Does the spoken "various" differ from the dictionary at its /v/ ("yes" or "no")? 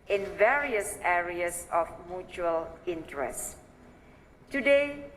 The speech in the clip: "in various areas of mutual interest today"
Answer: no